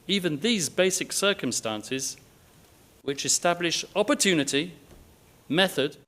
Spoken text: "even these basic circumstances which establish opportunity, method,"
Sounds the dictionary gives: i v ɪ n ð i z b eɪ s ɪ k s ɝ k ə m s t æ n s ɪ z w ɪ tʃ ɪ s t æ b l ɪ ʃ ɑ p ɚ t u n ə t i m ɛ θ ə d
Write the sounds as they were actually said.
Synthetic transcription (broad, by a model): i v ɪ n ð i z b eɪ s ɪ k s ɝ k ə m s t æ n s ɪ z w ɪ tʃ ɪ s t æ b l ɪ ʃ ɑ p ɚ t u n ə t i m ɛ θ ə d